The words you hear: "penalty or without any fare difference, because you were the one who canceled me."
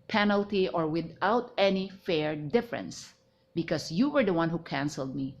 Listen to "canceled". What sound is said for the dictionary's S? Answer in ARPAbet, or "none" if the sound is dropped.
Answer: S